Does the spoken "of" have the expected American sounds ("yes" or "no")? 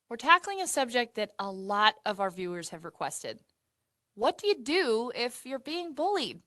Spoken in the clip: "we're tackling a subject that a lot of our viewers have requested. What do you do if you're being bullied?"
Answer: yes